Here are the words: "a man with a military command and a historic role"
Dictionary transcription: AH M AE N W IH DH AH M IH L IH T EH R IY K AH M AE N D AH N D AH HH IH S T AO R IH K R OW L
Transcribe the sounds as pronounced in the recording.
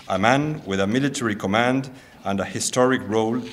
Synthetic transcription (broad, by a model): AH M AE N W IH DH AH M IH L IH T EH R IY K AH M AE N D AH N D AH HH IH S T AO R IH K R OW L